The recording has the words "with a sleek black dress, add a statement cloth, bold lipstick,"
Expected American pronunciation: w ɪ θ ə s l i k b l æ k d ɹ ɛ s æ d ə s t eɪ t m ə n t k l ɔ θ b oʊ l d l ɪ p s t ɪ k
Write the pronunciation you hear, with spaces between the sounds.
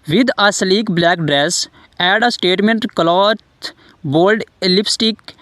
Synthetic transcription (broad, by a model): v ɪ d ə s l i k b l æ k d ɹ ɛ s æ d ə s t eɪ t m ə n t k l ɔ t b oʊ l d l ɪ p s t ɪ k